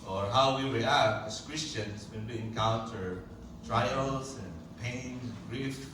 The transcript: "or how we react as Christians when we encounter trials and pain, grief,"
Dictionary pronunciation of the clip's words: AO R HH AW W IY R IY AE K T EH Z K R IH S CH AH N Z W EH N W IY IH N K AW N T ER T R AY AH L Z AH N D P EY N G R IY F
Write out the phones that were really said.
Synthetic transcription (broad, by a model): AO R HH AW W IY W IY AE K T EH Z K R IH S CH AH N S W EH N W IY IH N K AW N T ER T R AY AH L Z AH N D P EY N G R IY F